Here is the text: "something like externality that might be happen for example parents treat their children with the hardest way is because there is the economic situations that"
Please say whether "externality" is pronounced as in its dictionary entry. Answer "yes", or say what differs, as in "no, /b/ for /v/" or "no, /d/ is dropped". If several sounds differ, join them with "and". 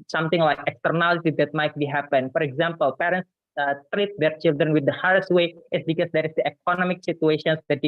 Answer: yes